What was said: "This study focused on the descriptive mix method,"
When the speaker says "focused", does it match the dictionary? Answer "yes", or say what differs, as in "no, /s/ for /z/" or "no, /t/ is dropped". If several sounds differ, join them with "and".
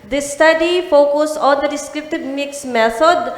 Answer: no, /t/ is dropped